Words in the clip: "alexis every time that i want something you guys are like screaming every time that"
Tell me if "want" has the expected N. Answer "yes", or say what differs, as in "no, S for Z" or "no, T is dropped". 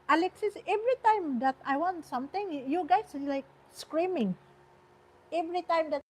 yes